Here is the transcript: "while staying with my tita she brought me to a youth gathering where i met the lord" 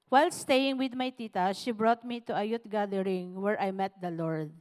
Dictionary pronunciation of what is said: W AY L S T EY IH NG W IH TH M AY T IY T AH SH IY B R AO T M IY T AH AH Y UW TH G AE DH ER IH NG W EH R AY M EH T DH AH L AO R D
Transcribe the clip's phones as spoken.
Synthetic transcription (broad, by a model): W AY L S T EY IH NG W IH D M AY T IY T AH SH IY B R AO T M IY T AH AH Y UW T G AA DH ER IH NG W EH R AY M EH T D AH L AO R D